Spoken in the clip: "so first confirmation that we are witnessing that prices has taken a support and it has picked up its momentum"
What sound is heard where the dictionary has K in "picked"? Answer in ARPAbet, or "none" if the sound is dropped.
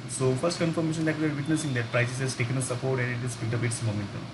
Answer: none